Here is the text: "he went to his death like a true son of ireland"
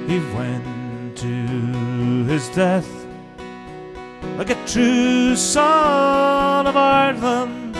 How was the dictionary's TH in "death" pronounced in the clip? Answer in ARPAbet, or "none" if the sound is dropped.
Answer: TH